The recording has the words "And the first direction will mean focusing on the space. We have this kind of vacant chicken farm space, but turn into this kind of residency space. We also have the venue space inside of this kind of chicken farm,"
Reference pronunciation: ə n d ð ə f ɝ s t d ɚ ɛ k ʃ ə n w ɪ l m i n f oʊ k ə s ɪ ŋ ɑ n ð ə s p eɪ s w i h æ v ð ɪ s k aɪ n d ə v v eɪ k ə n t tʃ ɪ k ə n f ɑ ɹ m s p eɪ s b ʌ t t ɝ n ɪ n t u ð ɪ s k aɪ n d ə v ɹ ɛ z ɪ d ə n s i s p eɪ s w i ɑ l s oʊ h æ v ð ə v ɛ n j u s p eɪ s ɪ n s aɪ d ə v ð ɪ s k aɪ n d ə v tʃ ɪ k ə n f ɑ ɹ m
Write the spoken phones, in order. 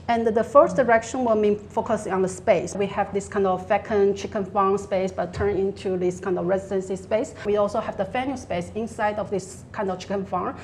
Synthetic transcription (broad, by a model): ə n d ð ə f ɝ s d ɚ ɛ k ʃ ə n w ɪ l m i n f oʊ k ə s ɪ ŋ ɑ n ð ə s p eɪ s w i h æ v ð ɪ s k aɪ n d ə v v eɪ k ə n tʃ ɪ k ə n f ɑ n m s p eɪ s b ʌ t t ɝ n ɪ n t u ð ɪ s k aɪ n d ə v ɹ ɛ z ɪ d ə n s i s p eɪ s w i ɑ l s oʊ h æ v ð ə f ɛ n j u s p eɪ s ɪ n s aɪ d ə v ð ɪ s k aɪ n d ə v tʃ ɪ k ə n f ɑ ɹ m